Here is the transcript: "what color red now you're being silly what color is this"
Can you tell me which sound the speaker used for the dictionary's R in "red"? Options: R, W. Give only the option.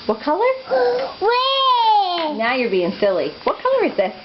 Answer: W